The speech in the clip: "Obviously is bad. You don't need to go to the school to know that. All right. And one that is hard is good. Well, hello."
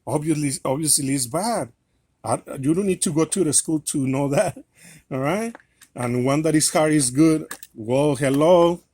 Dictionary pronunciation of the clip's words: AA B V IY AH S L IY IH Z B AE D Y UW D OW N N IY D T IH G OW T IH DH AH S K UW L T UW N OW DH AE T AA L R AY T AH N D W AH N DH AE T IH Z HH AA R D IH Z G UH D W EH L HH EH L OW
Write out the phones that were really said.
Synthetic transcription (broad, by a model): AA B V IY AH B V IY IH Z B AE D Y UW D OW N N IY D T IH G OW T IH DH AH S K UW L T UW N OW DH AE T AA R AY T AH N W AH N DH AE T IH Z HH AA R IH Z G UH D W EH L HH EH L OW